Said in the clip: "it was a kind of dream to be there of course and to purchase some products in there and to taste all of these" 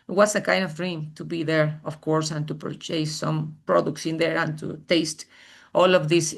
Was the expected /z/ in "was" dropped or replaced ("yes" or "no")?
yes